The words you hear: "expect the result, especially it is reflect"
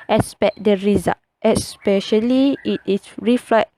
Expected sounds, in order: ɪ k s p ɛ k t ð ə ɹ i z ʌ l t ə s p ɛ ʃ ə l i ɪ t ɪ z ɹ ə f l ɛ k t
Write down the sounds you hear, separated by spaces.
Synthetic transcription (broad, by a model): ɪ s p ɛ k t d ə ɹ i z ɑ t ə s p ɛ ʃ ə l i ɪ t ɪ s ɹ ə f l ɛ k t